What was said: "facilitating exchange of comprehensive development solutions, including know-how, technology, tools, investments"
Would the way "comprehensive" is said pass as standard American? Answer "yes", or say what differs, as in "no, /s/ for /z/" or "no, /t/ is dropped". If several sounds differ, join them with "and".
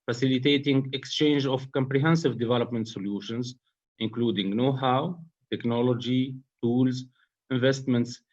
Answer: yes